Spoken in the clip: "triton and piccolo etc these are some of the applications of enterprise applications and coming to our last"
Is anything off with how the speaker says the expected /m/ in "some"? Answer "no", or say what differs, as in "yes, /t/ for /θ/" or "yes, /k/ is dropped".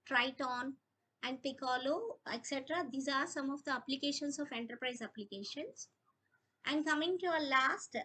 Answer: no